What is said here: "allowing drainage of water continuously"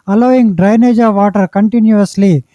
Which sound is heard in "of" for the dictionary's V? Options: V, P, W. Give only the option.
V